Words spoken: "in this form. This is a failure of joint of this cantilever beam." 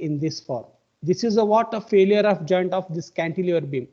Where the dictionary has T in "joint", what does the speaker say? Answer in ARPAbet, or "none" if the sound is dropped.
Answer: T